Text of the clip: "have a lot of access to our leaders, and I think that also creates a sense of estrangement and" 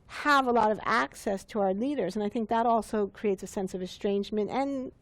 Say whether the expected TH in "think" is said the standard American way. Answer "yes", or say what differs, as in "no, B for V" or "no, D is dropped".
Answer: yes